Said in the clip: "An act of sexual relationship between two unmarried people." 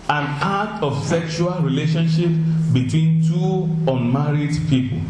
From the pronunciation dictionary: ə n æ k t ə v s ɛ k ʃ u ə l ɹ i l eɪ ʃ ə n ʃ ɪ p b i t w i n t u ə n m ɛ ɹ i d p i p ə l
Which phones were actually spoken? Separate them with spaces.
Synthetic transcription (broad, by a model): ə n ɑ t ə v s ɛ k ʃ u ə l ɹ i l eɪ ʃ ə n ʃ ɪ p b i t w i n t u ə n m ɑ ɹ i d p i p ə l